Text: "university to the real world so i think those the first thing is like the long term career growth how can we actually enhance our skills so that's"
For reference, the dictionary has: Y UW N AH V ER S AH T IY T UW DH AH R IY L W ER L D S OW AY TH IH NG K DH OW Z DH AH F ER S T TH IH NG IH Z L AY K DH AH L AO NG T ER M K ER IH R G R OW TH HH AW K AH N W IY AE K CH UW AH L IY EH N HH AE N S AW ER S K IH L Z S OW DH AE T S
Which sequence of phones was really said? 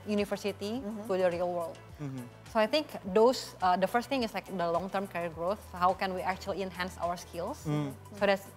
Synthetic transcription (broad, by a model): Y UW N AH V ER S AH T IY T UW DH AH R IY L W ER L D S OW AY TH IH NG K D OW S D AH F ER S T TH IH NG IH S L AY K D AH L AO NG T ER M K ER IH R G R OW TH HH AW K AH N W IY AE K CH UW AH L IY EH N HH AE N S AW ER S K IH L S S OW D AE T S